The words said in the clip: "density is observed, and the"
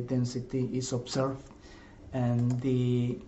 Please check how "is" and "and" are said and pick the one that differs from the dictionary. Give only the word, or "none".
is